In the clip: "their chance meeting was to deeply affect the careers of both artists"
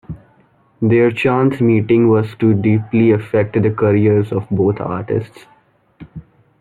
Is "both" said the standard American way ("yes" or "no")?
no